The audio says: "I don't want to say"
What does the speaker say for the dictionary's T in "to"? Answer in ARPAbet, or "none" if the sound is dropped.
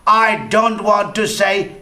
T